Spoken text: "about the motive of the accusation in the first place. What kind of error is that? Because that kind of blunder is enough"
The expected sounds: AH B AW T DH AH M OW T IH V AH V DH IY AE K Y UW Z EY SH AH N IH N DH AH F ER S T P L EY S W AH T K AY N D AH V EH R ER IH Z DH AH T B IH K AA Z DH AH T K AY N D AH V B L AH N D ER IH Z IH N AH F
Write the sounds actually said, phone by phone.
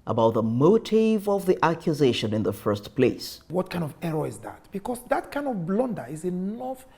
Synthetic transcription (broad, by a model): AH B AW T DH AH M OW T IH V AH V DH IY AE K Y UW Z EY SH AH N IH N DH AH F ER S T P L EY S W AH T K AY N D AH V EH R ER IH Z DH AH T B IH K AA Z DH AH T K AY N D AH V B L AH N D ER IH Z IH N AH F